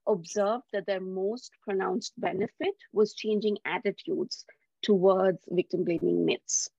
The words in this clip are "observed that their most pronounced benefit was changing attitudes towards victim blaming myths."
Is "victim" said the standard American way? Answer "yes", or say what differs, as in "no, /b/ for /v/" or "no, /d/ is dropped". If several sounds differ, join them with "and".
yes